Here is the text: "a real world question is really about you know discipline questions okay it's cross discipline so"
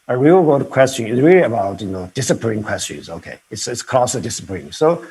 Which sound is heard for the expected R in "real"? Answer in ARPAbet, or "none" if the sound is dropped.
W